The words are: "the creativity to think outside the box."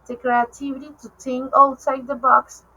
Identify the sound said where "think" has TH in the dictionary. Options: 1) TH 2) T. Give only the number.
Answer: 2